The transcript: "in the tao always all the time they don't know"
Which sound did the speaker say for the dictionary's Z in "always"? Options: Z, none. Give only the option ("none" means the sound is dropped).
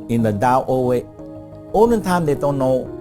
none